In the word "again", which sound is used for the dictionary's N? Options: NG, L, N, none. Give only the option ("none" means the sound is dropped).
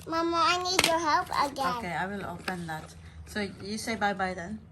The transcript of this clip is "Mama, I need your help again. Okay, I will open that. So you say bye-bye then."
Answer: none